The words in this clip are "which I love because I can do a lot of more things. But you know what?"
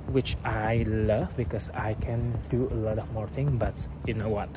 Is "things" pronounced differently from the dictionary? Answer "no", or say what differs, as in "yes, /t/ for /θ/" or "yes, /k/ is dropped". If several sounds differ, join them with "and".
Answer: yes, /z/ is dropped